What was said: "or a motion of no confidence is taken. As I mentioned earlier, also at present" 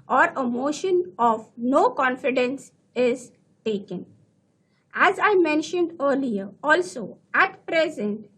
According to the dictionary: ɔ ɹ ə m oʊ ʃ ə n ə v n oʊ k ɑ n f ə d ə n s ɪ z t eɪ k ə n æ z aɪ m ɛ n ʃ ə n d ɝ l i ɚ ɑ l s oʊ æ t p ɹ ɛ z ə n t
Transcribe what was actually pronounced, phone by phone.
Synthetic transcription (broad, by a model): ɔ ɹ ə m oʊ ʃ ə n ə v n oʊ k ɑ n f ə d ə n s ɪ z t eɪ k ə n æ z aɪ m ɛ n ʃ ə n d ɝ l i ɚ ɑ l s oʊ æ t p ɹ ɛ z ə n t